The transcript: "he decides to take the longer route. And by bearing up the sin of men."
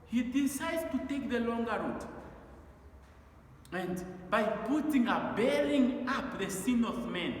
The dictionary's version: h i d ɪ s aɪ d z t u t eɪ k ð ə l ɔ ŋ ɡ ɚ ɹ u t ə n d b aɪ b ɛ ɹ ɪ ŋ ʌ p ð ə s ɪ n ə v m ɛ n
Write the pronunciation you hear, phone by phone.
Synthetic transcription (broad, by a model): h i d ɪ s aɪ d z t u t eɪ k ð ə l ɔ ŋ ɡ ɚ ɹ u t ə n d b aɪ b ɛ l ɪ ŋ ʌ p ð ə s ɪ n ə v m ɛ n